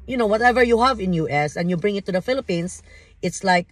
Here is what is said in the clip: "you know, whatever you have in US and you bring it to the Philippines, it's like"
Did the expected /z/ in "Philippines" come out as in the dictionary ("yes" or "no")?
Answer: no